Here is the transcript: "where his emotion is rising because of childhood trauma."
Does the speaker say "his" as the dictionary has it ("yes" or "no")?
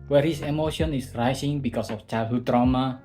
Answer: no